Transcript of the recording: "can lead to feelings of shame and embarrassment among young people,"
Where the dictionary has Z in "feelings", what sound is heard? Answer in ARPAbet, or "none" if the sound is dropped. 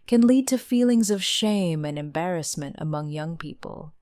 Z